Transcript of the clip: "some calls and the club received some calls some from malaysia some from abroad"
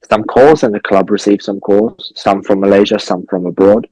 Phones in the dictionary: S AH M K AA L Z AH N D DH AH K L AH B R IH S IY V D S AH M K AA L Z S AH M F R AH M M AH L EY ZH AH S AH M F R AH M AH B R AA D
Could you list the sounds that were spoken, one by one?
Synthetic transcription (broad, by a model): S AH M K AA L Z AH N DH AH K L AH B R IH S IY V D S AH M K AA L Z S AH M F R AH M M AH L EY ZH AH S AH M F R AH M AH B R AA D